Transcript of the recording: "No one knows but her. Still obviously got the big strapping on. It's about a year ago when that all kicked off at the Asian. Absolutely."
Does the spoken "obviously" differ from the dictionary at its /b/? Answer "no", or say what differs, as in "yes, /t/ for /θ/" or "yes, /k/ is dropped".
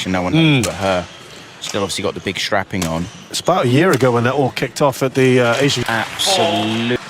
yes, /b/ is dropped